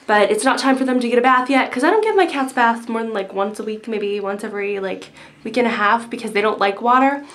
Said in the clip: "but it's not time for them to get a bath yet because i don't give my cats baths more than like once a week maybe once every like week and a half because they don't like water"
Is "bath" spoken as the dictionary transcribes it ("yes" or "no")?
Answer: yes